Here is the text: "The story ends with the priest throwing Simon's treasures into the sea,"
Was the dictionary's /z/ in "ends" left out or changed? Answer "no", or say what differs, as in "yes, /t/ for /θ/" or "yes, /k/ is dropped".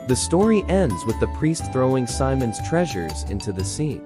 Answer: no